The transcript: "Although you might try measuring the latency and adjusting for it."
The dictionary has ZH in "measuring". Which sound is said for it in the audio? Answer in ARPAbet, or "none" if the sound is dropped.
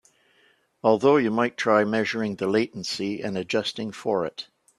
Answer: ZH